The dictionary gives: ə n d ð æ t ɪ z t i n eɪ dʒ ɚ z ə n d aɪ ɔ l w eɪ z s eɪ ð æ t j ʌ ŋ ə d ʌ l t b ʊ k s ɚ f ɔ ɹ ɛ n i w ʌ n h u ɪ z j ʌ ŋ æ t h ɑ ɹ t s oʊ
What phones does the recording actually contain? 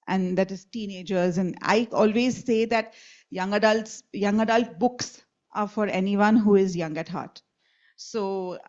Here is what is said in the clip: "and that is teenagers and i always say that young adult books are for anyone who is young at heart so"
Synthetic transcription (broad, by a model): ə n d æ t ɪ z t i n eɪ dʒ ɚ z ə n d aɪ ɔ l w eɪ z s eɪ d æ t j ʌ ŋ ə d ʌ l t b ʊ k s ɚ f ɔ ɹ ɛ n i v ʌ n h u ɪ z j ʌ ŋ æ t h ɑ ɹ t s oʊ